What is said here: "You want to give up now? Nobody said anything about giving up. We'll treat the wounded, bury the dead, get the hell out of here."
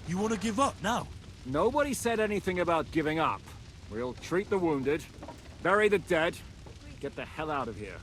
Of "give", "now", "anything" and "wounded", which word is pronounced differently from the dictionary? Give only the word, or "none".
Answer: none